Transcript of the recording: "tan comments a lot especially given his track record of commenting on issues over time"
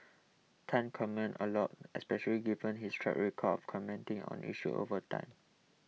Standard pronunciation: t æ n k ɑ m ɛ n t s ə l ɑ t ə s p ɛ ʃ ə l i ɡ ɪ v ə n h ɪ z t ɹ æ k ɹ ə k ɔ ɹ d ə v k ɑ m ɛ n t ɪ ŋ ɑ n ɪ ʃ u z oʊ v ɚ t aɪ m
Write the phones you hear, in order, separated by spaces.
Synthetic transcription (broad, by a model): t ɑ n k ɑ m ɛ n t ə l ɑ t ə s p ɛ ʃ ə l i ɡ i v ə n h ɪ s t ɹ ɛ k ɹ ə k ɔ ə f k ɑ m ɛ n t ɪ ŋ ɑ n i ʃ u oʊ v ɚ t aɪ m